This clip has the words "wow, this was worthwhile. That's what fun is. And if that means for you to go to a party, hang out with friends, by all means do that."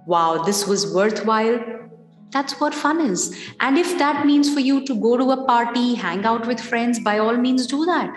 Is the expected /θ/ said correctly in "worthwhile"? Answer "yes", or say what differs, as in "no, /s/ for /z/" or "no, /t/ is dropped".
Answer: no, /t/ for /θ/